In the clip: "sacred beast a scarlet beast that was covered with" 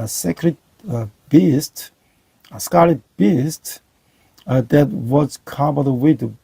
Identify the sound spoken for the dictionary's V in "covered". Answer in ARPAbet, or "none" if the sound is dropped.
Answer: B